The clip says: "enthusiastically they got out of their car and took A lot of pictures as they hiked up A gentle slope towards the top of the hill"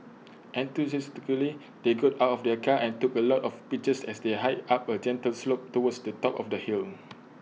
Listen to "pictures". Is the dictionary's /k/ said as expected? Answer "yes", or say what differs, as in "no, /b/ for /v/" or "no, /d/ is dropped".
no, /k/ is dropped